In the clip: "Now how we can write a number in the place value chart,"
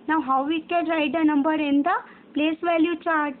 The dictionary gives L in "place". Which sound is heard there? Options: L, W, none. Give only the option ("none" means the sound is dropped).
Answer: L